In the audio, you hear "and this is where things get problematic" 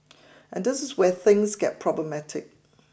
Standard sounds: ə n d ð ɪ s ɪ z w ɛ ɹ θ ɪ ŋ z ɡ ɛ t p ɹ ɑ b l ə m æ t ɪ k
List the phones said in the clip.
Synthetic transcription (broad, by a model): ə n ð ɪ s ɪ z w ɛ θ ɪ ŋ z ɡ ɛ t p ɹ ɑ b l ə m æ t ɪ k